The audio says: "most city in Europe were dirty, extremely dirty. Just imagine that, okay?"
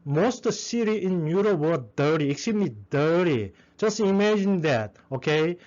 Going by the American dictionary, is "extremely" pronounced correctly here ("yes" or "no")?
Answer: no